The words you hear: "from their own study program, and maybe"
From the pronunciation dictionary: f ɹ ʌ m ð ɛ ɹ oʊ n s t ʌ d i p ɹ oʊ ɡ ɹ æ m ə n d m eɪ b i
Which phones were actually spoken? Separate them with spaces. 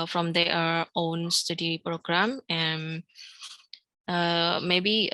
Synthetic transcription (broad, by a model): f ɹ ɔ m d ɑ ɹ oʊ n s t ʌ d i p ɹ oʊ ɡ ɹ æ m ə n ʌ m eɪ b i